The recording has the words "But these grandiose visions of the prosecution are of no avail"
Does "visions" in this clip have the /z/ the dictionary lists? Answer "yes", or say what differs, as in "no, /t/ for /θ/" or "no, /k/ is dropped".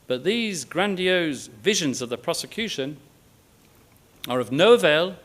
yes